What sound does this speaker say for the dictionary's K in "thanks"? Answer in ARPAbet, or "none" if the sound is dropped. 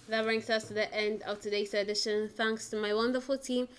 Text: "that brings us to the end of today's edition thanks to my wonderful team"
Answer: K